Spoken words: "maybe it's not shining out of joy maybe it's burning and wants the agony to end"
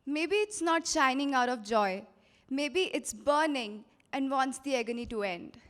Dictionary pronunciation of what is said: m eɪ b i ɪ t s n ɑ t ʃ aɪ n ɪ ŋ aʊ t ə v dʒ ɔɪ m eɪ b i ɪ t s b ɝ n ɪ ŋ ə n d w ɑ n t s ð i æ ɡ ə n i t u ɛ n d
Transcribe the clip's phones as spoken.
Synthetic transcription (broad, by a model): m eɪ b i ɪ t s n ɑ t ʃ aɪ n ɪ ŋ aʊ t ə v dʒ ɔɪ m eɪ b i ɪ t s b ɝ n ɪ ŋ ə n d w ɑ n t s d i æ ɡ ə n i t u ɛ n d